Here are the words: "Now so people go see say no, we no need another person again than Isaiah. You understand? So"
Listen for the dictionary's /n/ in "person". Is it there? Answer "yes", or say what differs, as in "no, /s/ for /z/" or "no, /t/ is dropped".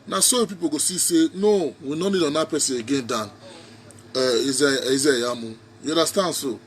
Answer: no, /n/ is dropped